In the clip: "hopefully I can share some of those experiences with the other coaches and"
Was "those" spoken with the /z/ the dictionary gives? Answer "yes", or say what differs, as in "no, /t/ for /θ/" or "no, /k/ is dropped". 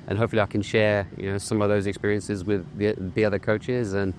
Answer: yes